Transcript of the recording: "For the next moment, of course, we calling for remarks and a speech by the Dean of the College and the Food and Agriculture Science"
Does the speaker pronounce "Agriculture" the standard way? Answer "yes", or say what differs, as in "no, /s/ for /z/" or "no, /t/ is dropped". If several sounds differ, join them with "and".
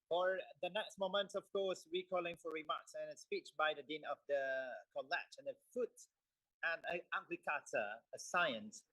no, /l/ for /ɹ/